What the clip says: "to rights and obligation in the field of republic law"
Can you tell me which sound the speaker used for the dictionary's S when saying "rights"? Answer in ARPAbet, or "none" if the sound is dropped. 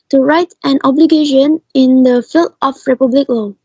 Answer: none